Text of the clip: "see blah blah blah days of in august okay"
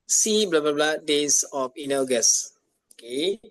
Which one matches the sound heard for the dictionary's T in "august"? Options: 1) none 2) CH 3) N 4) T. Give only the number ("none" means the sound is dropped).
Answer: 1